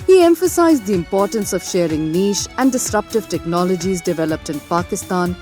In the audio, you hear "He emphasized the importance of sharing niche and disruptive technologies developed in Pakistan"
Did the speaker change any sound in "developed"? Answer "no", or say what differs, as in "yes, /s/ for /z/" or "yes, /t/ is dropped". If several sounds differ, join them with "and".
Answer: no